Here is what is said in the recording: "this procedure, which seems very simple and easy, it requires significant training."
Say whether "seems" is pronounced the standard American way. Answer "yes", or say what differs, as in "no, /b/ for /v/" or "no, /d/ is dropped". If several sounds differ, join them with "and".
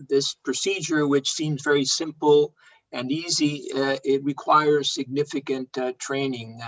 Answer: yes